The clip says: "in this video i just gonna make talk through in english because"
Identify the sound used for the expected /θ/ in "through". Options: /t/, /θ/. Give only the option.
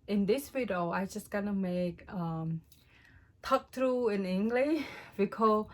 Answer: /t/